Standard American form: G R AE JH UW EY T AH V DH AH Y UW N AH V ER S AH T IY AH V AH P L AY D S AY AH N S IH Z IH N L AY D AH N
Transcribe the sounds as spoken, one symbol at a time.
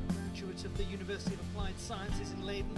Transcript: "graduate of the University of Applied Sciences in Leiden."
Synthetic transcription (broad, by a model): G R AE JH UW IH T AH V DH AH Y UW N AH V ER S AH T IY AH V AH P L AY D S AY AH N S IH Z IH N L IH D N